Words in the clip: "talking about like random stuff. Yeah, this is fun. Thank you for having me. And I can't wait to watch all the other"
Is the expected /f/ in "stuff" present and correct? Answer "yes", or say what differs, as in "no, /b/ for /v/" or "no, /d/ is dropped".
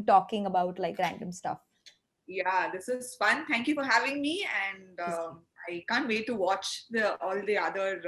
yes